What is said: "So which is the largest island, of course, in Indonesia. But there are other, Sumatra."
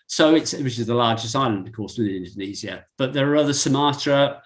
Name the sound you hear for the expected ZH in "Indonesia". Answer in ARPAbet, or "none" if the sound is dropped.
Z